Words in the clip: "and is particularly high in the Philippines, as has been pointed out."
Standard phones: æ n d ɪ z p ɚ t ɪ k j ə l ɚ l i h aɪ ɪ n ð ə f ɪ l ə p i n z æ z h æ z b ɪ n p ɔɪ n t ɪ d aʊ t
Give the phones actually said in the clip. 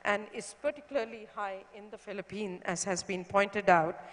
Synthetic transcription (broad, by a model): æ n d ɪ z p ɚ t ɪ k j ə l ɚ l i h aɪ ɪ n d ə f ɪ l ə p i n æ z h æ z b ɪ n p ɔɪ n t ɪ d aʊ t